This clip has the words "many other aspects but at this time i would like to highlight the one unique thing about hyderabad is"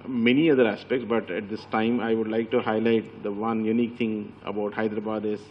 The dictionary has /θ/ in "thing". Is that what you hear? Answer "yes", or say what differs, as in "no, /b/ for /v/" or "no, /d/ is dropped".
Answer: no, /t/ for /θ/